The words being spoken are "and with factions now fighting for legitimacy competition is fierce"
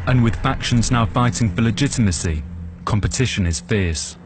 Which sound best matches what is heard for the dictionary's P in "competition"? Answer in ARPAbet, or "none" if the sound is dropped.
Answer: P